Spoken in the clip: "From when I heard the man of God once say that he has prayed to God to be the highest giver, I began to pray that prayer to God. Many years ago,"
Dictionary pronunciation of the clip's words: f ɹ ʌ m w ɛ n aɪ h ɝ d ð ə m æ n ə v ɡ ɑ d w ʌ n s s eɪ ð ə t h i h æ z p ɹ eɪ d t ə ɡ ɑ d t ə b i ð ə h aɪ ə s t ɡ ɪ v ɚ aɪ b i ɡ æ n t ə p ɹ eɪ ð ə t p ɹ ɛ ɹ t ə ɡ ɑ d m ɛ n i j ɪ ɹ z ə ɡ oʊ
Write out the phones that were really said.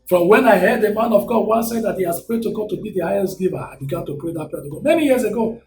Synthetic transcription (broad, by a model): f ɹ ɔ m w ɛ n aɪ h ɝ d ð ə m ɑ n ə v ɡ ɑ d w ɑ s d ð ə t h i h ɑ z p ɹ eɪ d t ə ɡ ɑ d t ə b i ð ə h aɪ ə s t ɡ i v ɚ aɪ b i ɡ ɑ n t ə p ɹ eɪ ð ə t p ɛ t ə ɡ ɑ m ɛ n i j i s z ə ɡ oʊ